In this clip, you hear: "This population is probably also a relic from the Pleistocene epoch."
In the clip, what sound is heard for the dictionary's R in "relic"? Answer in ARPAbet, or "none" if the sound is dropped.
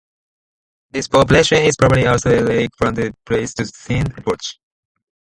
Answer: L